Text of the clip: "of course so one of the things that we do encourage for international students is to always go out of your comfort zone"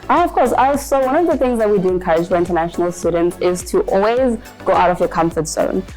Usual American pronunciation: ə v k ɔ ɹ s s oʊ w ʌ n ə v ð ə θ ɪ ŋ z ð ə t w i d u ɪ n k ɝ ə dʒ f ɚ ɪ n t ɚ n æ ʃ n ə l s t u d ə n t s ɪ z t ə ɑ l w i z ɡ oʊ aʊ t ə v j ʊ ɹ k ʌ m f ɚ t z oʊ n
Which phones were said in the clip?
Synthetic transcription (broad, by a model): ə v k ɔ ɹ s s oʊ w ʌ n ə v ð ə θ ɪ ŋ z ð ə t w i d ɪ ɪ n k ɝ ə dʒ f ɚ ɪ n t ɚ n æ ʃ n l s t u d n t s ɪ z t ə ɑ l w i z ɡ oʊ aʊ t ə v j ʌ k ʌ m f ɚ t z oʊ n